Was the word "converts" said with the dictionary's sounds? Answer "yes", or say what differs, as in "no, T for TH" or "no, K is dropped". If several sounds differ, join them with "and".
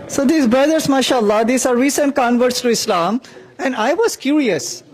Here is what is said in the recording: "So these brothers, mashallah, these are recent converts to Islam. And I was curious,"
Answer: yes